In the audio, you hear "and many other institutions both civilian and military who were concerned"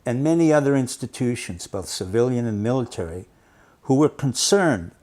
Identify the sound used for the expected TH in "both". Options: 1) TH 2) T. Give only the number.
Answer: 1